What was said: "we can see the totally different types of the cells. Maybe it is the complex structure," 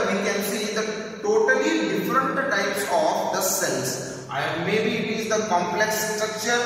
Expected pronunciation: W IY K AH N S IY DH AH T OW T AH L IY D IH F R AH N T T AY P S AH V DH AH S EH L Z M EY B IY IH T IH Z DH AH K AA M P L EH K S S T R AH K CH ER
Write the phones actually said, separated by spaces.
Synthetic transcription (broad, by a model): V IY K AH N S IY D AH T OW T AH L IY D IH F R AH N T T AY P S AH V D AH S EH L S M EY B IY IH T IH Z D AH K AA M P L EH K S S T R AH K CH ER